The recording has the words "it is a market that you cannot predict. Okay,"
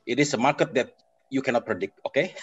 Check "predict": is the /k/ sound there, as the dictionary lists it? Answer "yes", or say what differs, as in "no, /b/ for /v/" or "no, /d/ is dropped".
yes